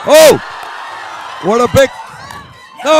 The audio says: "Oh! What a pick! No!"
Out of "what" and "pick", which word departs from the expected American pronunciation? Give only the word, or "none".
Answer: pick